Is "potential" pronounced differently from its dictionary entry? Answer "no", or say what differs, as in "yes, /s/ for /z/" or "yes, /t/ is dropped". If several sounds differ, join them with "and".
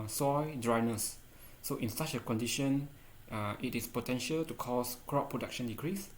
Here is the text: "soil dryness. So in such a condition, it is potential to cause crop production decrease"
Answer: no